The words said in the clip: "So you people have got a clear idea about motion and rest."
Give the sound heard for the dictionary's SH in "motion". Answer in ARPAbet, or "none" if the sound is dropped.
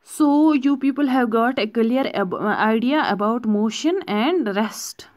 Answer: SH